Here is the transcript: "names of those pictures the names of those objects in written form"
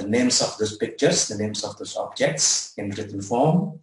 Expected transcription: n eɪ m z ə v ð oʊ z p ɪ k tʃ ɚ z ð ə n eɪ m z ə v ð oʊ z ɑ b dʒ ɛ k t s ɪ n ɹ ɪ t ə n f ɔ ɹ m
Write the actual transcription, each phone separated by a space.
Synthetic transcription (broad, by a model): n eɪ m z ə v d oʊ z p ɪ k tʃ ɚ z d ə n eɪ m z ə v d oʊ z ɑ b dʒ ɛ k t s ɪ n ɹ ɪ t ə n f ɔ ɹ m